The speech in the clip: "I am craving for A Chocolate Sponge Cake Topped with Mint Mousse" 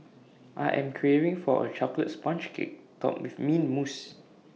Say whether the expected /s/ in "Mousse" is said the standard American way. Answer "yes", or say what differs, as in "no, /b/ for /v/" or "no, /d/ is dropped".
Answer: yes